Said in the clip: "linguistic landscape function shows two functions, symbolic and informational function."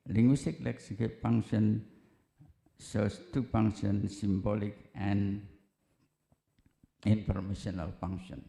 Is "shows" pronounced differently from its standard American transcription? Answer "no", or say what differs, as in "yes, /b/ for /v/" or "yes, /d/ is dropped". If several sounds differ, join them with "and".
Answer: yes, /s/ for /ʃ/ and /s/ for /z/